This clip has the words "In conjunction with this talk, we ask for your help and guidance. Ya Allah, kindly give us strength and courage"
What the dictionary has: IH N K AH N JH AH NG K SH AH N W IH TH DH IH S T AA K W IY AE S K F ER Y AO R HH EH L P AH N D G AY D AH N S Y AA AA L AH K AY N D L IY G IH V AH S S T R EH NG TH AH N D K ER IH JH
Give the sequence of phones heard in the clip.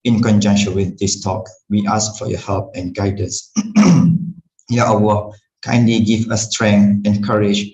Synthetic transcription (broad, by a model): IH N K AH N JH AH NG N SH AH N W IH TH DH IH S T AA K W IY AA S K F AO Y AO HH EH L P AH N G AY D AH N S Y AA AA W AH K AY N D L IY G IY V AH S S T R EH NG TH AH N K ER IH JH